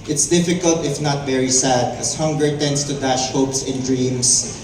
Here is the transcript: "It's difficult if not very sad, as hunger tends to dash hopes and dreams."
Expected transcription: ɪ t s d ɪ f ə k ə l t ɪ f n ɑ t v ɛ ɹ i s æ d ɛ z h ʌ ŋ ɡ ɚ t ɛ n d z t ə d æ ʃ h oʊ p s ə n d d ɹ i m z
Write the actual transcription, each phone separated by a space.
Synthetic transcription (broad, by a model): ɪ t s d ɪ f ə k ə l t ɪ f n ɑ t v ɛ ɹ i s æ d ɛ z h ʌ ŋ ɡ ɚ t ɛ n d s t ə d æ ʃ h oʊ p s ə n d d ɹ i m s